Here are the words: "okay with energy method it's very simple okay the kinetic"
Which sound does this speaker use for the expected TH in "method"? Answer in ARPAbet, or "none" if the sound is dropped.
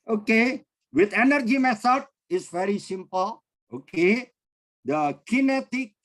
S